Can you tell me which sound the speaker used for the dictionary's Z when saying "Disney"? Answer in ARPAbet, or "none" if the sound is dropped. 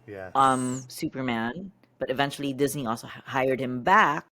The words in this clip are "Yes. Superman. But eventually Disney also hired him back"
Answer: Z